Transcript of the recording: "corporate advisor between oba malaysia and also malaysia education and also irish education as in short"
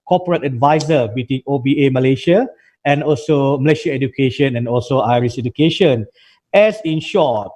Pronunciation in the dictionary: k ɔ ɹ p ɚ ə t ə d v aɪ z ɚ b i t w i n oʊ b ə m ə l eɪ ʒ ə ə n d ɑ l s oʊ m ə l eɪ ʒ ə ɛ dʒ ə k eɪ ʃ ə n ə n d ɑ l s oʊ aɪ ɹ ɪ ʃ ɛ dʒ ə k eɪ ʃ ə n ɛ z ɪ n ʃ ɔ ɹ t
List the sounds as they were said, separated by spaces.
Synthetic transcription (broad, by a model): k ɔ p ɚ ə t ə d v aɪ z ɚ b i t w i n oʊ b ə m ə l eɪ ʃ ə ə n ɑ l s oʊ m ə l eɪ ʃ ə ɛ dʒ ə k eɪ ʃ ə n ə n ɑ l s oʊ aɪ ɹ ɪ s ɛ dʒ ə k eɪ ʃ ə n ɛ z ɪ n ʃ ɔ t